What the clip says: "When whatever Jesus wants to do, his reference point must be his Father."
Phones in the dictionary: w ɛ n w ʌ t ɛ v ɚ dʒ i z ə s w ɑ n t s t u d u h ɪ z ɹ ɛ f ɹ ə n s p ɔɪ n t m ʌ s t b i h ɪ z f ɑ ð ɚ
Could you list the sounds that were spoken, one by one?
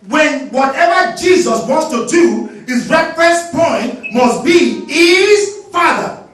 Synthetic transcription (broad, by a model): w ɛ n w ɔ t ɛ v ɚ dʒ i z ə s w ɑ n t s t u d u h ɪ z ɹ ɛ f ɹ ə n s p ɔɪ n t m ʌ s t b i h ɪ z f ɑ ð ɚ